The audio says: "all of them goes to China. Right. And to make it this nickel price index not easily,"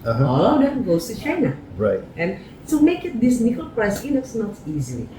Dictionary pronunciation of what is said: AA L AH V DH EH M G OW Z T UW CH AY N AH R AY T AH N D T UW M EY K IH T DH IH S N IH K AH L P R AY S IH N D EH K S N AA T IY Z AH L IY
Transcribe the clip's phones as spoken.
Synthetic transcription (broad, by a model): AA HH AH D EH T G OW S T UW CH AY N AH R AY T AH N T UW M EY K IH T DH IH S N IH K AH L P R AY S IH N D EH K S N AA T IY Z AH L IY